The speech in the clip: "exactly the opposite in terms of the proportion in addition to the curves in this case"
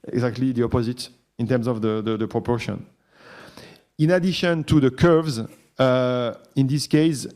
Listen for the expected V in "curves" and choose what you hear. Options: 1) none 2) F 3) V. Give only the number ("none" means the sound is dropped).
3